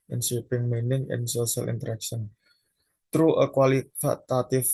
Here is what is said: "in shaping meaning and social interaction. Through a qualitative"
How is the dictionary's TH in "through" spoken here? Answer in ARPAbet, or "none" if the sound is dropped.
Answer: T